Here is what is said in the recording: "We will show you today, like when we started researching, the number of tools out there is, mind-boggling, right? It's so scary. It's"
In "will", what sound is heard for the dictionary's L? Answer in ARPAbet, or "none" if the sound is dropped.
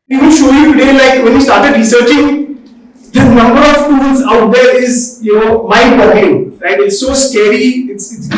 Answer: N